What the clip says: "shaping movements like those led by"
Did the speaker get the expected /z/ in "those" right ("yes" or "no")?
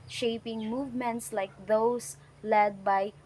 no